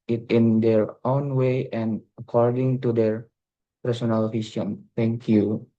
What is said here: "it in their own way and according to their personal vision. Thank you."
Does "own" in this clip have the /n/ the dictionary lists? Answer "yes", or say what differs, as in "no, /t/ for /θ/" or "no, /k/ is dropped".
yes